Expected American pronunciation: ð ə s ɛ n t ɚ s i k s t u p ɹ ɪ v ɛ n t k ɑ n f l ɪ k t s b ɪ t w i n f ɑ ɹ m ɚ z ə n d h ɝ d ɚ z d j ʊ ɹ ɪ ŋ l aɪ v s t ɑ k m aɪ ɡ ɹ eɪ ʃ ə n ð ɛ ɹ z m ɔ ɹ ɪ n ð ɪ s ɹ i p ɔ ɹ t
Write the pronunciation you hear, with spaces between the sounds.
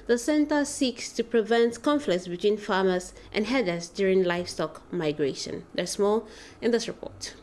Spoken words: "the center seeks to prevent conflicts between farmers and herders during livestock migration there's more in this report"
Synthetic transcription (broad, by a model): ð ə s ɛ n t ɚ s i k s t u p ɹ ɪ v ɛ n t k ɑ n f l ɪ k t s b ɪ t w i n f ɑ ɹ m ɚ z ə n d h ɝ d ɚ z d j ʊ ɹ ɪ ŋ l aɪ f s t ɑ k m aɪ ɡ ɹ eɪ ʃ ə n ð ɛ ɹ s m ɔ l ɪ n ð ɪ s ɹ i p ɔ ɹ t